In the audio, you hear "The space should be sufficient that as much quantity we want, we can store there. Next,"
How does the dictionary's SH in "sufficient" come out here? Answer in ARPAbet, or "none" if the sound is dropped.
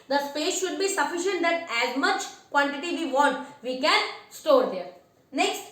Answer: SH